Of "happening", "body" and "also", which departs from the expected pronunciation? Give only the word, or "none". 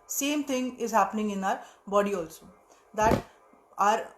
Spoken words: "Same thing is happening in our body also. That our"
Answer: none